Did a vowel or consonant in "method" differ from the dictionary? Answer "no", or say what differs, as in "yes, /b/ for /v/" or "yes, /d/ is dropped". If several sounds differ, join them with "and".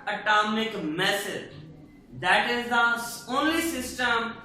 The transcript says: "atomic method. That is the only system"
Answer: yes, /s/ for /θ/